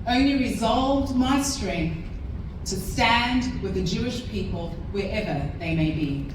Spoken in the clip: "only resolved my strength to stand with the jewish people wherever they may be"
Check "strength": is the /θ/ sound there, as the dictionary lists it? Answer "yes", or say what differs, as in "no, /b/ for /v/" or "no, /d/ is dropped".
yes